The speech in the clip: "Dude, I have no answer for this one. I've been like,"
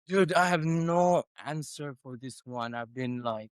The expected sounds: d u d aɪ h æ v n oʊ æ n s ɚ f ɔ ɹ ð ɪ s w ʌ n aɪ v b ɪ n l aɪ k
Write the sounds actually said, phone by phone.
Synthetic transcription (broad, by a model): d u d aɪ h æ v n oʊ æ n s ɚ f ɔ ɹ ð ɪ s w ʌ n aɪ v b ɪ n l aɪ k